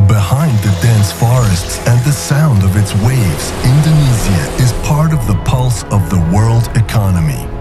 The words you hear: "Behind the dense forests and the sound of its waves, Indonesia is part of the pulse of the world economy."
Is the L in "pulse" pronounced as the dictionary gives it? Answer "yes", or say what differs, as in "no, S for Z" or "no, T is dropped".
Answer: yes